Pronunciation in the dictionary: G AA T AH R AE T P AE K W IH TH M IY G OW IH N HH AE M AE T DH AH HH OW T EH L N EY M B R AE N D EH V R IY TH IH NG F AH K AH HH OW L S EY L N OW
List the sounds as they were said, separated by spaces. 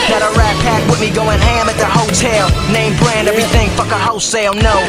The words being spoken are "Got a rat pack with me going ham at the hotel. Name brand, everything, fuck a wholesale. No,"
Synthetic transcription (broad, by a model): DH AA T AH R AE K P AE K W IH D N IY G OW IH N HH AE M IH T DH AH HH OW T EH L N EY M B R AE N D EH V R IY TH IH NG F AH K AH HH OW S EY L N OW